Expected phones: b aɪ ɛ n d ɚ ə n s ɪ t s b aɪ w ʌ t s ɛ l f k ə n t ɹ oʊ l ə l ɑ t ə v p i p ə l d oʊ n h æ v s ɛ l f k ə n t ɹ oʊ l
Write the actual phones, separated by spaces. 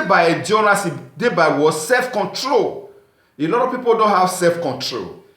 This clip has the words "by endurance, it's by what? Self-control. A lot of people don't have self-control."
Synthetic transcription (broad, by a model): b aɪ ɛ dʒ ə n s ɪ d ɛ b aɪ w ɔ s ɛ l f k ə n t ɹ oʊ l ə n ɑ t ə p i p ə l d oʊ n h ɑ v s ɛ l f k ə n t ɹ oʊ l